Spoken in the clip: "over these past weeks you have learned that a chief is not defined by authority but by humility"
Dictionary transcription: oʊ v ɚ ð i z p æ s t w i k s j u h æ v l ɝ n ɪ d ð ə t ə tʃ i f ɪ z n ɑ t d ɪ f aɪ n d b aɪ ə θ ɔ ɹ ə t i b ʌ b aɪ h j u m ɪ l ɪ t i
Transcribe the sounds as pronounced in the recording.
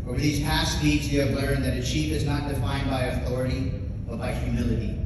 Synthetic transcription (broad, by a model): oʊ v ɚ ð i z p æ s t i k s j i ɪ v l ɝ ɪ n ð ə t ə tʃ i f ɪ z n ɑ t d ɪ f aɪ n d b aɪ ə θ ɔ ɹ ə t i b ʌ b aɪ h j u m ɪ l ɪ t i